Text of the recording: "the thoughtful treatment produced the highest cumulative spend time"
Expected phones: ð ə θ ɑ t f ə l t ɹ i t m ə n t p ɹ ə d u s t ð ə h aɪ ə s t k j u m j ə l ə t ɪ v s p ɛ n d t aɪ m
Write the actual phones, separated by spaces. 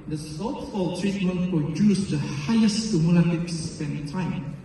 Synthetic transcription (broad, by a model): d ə s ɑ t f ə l t ɹ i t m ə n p ɹ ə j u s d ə h aɪ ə s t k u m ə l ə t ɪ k s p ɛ n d t aɪ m